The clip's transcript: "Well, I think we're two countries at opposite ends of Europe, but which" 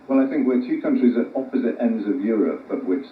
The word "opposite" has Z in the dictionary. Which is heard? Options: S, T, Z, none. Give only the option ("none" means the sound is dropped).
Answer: Z